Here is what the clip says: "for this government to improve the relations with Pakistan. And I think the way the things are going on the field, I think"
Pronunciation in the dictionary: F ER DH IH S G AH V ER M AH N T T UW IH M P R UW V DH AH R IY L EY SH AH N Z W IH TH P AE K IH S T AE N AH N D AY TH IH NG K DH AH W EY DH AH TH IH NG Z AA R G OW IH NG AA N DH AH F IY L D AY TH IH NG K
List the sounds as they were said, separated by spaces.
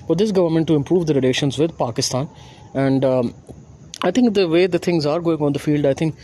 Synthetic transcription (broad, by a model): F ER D IH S G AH V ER M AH N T T UW IH M P R UW V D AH R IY L EY SH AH N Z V IH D P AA K IH S T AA N AH N D AY T IH NG K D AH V EY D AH T IH NG Z AA R G OW IH NG AA N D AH F IY L D AY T IH NG K